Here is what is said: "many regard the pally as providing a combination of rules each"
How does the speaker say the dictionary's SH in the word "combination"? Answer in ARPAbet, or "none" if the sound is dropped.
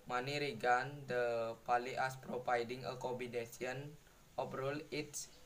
S